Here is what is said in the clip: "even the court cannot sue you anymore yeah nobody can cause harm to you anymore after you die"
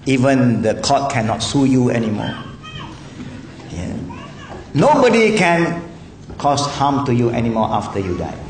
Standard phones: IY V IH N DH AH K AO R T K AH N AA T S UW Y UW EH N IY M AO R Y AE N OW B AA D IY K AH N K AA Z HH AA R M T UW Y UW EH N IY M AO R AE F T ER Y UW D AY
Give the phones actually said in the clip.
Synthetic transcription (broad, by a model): IY V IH N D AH K AO T K AH N AA T S UW Y UW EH N IY M AO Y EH N OW B AA D IY K AH N K AA S HH AA M T UW Y UW EH N IY M AO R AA F T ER Y UW D AY